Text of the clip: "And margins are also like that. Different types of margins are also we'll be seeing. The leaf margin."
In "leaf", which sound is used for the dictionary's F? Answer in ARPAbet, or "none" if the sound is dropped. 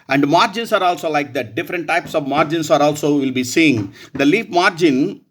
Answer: P